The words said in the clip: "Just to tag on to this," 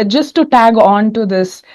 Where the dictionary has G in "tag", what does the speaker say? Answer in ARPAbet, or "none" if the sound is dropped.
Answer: G